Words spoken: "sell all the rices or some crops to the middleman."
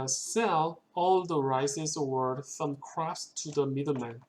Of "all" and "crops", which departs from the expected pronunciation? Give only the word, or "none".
crops